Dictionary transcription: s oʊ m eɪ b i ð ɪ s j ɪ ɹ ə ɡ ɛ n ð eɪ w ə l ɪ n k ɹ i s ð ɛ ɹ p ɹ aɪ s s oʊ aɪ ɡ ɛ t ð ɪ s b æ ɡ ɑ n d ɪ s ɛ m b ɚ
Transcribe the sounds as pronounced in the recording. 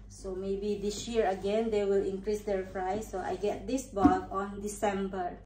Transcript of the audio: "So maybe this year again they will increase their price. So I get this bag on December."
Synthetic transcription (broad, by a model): s oʊ m eɪ b i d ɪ s j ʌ ɹ ə ɡ ɛ n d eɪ w ə l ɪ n k ɹ i s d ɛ ɹ f ɹ aɪ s s oʊ aɪ ɡ ɛ t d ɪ s b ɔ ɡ ɑ n d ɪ s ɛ m b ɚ